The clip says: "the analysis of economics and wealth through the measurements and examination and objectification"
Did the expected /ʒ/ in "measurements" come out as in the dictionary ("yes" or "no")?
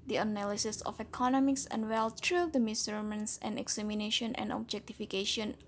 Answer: no